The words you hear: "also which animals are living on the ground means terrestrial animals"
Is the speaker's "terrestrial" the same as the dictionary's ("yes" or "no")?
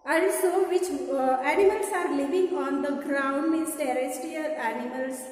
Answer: no